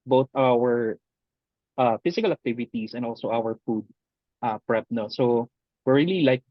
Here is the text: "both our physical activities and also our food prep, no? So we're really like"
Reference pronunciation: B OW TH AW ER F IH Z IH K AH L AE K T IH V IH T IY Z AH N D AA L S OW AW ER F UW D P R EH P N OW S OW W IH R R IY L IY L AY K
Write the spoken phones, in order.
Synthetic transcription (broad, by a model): B OW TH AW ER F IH S IH K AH L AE K T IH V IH T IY S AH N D AA L S OW AW ER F UW D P R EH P N OW S OW W IH R R IY L IY L AY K